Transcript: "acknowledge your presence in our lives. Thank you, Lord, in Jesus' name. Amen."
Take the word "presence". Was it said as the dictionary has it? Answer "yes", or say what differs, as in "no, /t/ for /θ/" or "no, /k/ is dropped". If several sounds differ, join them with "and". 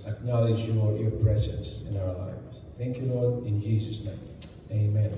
yes